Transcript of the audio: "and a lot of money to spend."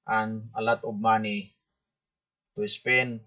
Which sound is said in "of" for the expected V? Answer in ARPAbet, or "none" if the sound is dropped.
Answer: B